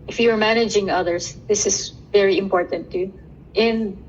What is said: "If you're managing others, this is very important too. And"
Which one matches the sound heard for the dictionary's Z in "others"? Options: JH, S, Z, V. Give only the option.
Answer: S